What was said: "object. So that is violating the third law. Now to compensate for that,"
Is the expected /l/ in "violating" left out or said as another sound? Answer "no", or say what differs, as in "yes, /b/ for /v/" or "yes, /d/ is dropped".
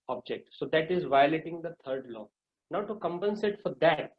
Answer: no